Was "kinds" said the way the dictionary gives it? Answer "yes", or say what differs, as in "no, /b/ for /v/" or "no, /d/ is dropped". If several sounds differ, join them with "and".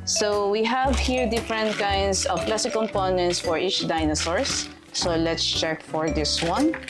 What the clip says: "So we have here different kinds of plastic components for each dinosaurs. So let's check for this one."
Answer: no, /s/ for /z/